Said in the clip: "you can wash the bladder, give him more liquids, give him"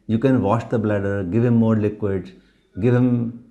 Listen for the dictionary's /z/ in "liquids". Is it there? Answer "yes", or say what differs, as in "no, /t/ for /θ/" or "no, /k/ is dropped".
no, /z/ is dropped